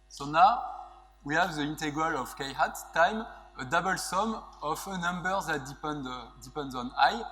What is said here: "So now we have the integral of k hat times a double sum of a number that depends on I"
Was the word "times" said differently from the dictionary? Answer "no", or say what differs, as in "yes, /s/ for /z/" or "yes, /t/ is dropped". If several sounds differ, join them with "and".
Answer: yes, /z/ is dropped